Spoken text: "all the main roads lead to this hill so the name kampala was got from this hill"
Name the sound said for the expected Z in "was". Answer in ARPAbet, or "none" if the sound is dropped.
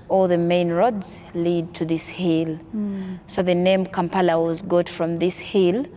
Z